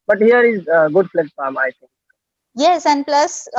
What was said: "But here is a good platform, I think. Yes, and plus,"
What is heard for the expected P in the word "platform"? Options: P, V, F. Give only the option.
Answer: F